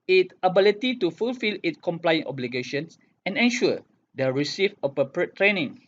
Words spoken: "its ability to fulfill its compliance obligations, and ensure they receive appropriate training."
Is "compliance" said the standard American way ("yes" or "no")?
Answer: no